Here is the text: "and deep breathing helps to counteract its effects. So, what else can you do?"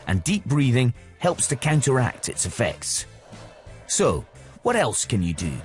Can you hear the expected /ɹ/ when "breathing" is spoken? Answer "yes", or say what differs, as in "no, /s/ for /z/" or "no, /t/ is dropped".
yes